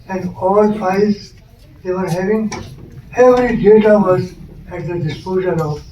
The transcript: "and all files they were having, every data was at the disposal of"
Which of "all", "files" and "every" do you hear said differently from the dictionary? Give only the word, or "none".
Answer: files